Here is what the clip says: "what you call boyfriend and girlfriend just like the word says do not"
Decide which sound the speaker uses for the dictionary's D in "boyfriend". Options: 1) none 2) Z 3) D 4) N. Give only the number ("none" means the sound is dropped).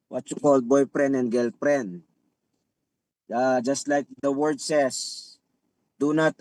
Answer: 1